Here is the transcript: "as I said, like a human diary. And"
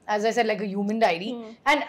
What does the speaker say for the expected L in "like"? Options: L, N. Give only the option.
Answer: L